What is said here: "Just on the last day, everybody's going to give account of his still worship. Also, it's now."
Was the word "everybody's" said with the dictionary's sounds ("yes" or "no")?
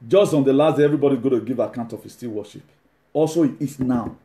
no